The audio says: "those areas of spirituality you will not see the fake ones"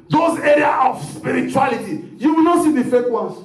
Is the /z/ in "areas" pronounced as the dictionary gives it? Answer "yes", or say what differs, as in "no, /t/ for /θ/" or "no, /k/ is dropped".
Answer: no, /z/ is dropped